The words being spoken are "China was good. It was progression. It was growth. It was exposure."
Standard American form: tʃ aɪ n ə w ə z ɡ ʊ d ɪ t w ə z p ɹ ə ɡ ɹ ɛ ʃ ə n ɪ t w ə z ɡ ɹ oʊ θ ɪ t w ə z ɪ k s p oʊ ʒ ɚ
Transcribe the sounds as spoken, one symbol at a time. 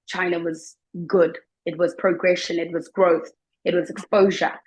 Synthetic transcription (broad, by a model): tʃ aɪ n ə w ə z ɡ ʊ d ɪ t w ə z p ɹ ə ɡ ɹ ɛ ʃ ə n ɪ t w ə z ɡ ɹ oʊ θ ɪ t w ə z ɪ k s p oʊ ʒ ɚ